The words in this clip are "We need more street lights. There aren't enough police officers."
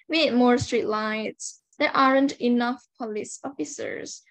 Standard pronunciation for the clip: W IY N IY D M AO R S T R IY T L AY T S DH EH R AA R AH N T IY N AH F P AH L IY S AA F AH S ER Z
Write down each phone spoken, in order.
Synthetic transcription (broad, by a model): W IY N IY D M AO R S T R IY T L AY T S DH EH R AA R AH N T IY N AH F P AH L IY S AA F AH S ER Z